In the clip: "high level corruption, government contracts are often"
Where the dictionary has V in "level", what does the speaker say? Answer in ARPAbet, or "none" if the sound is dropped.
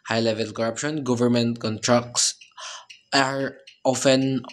V